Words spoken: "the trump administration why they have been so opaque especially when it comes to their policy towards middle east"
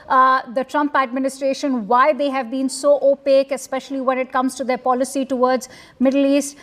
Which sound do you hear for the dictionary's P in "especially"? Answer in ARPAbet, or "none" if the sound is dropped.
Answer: P